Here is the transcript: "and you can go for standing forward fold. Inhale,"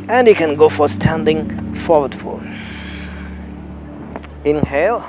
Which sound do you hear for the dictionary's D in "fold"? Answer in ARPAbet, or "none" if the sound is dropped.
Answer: none